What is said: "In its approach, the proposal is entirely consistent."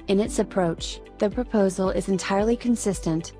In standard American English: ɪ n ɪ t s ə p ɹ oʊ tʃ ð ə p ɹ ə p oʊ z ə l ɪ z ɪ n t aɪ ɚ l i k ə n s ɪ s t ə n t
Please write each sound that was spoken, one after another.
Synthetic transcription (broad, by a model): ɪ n ɪ t s ə p ɹ oʊ tʃ ð ə p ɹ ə p oʊ z l ɪ z ɪ n t aɪ ɚ l i k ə n s ɪ s t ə n t